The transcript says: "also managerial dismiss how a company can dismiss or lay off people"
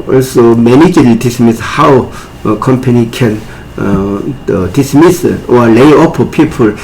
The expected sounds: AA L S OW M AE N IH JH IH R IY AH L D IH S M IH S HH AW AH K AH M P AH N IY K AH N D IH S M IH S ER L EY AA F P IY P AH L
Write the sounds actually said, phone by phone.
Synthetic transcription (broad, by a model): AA L S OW M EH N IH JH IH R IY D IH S M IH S HH AW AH K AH M P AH N IY K AH N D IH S M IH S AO L EY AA P P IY P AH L